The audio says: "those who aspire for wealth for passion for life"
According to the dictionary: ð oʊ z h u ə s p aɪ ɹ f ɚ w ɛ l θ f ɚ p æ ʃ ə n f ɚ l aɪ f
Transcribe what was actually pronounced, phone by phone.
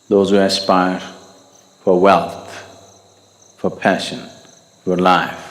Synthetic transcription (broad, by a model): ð oʊ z h u ə s p aɪ ɹ f ɚ w ɛ l θ f ɚ p æ ʃ ə n f ɚ l aɪ f